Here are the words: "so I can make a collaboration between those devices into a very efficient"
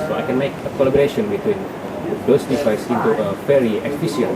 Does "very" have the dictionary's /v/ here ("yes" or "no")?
no